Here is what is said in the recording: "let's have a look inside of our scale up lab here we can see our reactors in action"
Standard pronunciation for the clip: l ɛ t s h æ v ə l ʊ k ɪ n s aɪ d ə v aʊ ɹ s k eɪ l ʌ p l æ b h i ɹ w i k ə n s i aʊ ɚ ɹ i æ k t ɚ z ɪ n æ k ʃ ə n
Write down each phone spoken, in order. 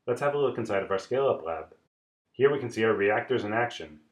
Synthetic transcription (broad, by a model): l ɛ t s h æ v ə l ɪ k ɪ n s aɪ d ə v aʊ ɹ s k eɪ l ʌ p l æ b h i ɹ w i k ə n s i aʊ ɚ ɹ i æ k t ɚ z ɪ n æ k ʃ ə n